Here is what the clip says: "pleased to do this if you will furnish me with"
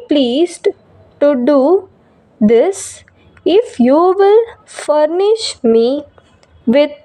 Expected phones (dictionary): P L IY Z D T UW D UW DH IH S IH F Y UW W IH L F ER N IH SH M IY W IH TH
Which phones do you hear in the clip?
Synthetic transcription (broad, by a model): P L IY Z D T UW D UW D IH S IH F Y UW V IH L F ER N IH SH M IY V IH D